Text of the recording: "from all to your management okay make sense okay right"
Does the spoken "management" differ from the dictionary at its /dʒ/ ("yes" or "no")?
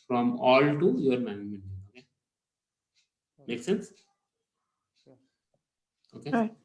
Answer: yes